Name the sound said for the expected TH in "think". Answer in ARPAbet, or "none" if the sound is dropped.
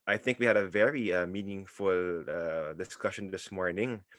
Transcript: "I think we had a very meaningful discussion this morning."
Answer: TH